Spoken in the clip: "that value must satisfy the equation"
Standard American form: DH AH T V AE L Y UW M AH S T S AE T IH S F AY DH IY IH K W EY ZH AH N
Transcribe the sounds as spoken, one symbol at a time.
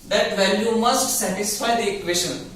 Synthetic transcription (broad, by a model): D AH T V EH N Y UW M AH S T S AE T IH S F AY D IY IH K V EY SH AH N